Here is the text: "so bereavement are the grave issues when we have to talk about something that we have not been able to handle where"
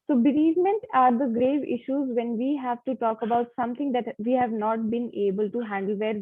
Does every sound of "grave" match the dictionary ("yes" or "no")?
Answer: yes